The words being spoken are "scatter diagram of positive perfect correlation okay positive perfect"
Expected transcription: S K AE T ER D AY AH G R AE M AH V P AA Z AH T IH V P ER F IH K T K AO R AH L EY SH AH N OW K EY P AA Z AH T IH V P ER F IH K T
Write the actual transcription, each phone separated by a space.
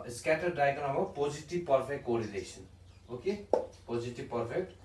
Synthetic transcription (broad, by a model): S K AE T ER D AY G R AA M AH P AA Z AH T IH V P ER P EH K T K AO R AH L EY S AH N OW K EY P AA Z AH T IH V P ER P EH K T